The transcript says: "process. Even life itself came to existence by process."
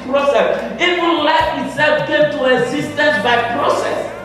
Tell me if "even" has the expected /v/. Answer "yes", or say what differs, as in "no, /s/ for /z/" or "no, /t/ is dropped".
no, /w/ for /v/